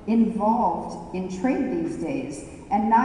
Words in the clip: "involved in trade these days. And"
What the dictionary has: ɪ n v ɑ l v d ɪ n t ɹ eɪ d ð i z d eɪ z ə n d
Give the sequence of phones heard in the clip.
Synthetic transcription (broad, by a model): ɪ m v ɑ l v d ɪ n t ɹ eɪ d ð i z d eɪ z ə n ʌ